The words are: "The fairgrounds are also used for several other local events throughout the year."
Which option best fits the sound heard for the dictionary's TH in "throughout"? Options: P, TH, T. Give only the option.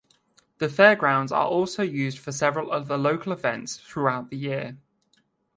TH